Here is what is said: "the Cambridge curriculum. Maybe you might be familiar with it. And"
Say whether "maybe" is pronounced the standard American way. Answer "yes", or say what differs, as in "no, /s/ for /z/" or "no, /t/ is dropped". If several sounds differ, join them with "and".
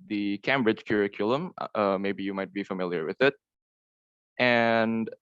yes